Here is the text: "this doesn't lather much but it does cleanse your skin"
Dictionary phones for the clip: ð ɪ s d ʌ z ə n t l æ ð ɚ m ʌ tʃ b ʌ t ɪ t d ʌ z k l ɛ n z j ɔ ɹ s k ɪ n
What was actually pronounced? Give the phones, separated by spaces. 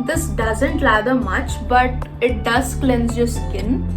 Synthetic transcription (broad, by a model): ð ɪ s d ʌ z ə n t l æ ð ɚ m ʌ tʃ b ʌ t ɪ t d ʌ z k l ɛ n z j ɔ s k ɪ n